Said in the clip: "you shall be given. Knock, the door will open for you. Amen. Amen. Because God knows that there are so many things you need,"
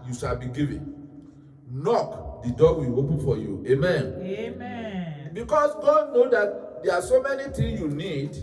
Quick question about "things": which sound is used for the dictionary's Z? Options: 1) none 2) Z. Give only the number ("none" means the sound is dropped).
1